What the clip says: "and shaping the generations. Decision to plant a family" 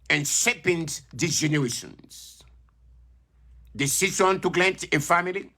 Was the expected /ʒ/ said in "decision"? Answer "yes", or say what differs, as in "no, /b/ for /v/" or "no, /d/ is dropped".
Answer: no, /s/ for /ʒ/